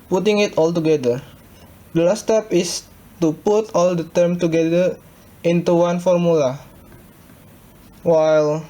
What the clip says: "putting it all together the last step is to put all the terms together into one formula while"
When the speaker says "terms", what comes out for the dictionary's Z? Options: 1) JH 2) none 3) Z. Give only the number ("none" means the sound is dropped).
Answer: 2